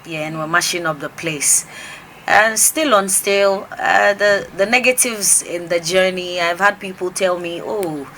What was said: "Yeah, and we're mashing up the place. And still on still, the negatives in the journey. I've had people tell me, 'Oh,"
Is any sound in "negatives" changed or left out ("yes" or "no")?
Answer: no